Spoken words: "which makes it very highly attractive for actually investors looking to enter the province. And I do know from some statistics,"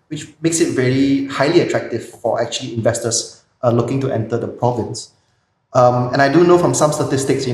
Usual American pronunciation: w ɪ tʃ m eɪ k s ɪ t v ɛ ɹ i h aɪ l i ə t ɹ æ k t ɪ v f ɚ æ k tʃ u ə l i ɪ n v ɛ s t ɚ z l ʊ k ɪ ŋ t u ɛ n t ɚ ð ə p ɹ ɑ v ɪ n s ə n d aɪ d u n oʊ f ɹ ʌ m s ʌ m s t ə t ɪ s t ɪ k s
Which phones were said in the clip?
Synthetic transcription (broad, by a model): w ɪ tʃ m eɪ k s ɪ t v ɛ ɹ i h aɪ l i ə t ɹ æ k t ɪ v f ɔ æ k tʃ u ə l i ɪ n v ɛ s t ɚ s l ʊ k ɪ ŋ t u ɛ n t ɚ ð ə p ɹ ɑ v ɪ n s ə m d aɪ d u n oʊ f ɹ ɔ m s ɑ m s t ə t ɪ s t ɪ k s